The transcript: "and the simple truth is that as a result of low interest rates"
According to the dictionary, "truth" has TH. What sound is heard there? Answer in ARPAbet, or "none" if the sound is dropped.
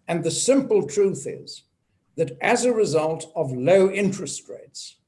TH